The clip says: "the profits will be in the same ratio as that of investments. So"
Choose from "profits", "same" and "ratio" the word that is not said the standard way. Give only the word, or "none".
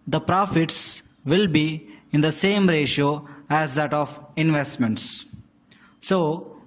none